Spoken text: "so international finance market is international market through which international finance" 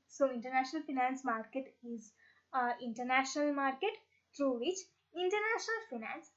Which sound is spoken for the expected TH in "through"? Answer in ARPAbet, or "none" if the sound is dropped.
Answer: T